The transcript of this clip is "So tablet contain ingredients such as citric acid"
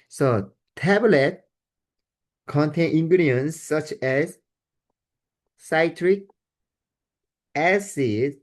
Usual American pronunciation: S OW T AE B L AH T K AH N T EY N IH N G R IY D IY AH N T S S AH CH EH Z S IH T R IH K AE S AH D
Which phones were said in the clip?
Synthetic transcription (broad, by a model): S OW T AE B L AH T K AH N T EY N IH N G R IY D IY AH N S S AH CH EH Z S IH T R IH K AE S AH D